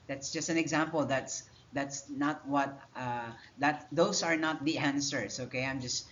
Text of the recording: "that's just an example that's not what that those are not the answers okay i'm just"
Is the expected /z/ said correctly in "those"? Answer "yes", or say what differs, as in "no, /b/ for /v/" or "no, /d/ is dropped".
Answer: no, /s/ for /z/